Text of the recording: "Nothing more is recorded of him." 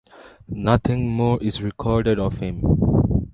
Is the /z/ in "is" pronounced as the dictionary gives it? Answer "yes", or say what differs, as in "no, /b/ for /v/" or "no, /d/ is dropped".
no, /s/ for /z/